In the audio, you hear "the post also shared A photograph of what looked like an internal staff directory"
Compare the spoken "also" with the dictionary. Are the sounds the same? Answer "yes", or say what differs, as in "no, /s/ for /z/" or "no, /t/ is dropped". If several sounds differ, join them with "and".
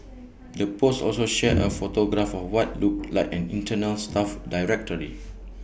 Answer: yes